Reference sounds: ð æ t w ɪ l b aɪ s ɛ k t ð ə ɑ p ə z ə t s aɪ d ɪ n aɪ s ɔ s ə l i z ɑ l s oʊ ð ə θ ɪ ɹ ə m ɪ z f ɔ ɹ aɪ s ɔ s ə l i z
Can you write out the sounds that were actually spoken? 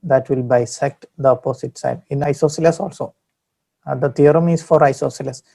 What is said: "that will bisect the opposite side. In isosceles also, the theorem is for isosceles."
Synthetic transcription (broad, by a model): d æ t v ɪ l b aɪ s ɛ k t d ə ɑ p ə s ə t s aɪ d ɪ n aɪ s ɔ s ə l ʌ s ɑ l s oʊ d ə t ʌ ɹ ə m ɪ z f ɔ ɹ aɪ s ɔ s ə l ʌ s